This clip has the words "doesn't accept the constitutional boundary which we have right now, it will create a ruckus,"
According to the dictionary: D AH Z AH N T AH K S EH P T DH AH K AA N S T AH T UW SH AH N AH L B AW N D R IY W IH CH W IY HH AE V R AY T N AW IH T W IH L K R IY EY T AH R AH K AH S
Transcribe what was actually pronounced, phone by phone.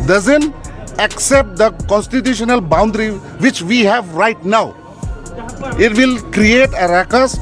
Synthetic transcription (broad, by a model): D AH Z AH N T AH K S EH P T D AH K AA N S T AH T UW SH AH N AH L B AW N D R IY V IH CH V IY HH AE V R AY T N AW IH T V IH L K R IY EY T AH R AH K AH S